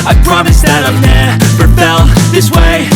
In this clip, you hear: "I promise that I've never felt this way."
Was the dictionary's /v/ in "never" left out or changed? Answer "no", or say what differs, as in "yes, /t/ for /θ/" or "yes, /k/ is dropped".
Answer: yes, /p/ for /v/